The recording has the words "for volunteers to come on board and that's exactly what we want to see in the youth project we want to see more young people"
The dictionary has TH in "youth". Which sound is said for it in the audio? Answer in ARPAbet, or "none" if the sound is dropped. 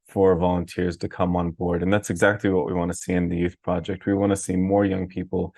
TH